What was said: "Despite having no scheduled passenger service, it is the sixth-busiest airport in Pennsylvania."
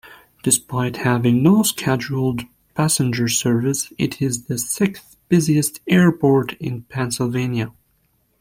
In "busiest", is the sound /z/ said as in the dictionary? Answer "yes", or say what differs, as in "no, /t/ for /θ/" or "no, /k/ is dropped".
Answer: yes